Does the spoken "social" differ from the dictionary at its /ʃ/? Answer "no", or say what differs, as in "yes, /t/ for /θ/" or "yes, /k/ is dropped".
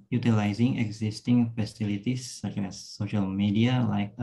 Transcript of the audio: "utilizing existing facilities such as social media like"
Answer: no